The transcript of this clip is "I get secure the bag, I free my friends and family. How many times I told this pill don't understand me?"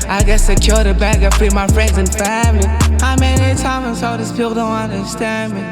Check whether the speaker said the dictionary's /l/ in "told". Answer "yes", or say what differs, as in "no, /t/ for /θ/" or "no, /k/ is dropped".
no, /l/ is dropped